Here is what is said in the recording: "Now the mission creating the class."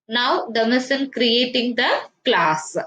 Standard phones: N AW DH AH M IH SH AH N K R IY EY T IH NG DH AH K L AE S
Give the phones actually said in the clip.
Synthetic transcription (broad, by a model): N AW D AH M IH S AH N K R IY EY T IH NG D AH K L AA S